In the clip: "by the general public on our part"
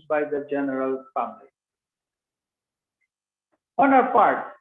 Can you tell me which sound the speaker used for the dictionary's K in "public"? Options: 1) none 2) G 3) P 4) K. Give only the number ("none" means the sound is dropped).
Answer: 1